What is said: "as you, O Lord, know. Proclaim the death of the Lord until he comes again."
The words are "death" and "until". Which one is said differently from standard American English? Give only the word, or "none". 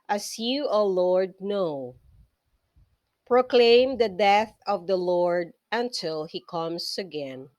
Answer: none